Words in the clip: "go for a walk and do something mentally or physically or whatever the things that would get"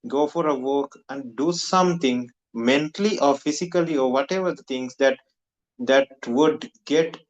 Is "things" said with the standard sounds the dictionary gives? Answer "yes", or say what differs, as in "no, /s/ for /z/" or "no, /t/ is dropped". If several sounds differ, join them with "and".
no, /t/ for /θ/